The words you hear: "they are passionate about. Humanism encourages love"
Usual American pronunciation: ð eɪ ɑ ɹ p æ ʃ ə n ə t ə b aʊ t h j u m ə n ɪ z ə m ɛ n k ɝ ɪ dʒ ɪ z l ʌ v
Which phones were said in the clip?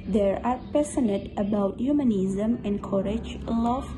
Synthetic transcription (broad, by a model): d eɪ ɑ ɹ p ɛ s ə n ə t ə b aʊ t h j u m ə n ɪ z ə m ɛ n k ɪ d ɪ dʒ l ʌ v